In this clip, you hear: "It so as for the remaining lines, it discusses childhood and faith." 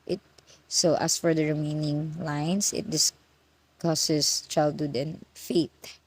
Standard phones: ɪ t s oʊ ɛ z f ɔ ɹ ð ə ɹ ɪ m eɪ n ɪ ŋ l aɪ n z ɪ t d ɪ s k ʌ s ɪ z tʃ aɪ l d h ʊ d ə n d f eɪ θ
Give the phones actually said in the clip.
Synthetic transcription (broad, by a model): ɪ t s oʊ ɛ s f ɔ ɹ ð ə ɹ ɪ m eɪ n ɪ ŋ l aɪ n s ɪ t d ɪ s k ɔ s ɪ s tʃ aɪ l d h ʊ d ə n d f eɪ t